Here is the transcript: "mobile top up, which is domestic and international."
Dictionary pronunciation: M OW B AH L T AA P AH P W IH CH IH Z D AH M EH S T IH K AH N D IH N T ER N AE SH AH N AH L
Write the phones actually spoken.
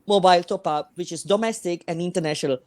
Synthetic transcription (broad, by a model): M OW B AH L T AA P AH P W IH CH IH S D AH M EH S T IH K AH N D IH N T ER N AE SH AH N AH L